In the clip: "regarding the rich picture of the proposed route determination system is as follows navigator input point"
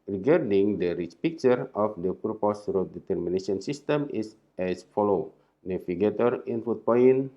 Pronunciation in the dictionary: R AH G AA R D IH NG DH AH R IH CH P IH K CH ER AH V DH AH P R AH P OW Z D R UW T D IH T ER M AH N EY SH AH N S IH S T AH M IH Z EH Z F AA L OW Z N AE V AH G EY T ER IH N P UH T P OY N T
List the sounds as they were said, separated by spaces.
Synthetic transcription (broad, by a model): R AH G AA R D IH NG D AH R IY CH P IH K CH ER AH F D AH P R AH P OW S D R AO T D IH T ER M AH N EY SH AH N S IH S T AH M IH S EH S F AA L OW N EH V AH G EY T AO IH N F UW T P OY N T